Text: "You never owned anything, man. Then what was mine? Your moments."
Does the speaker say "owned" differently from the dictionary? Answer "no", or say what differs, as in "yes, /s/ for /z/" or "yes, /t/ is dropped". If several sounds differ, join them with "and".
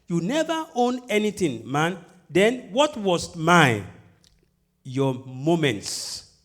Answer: yes, /d/ is dropped